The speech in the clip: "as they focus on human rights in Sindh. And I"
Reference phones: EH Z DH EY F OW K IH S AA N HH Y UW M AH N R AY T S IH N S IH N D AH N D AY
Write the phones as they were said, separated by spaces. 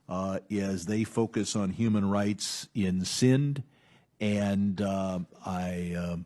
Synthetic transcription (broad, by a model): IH Z DH EY F OW K IH S N HH Y UW M AH N R AY T S IH N S IH N D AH N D AY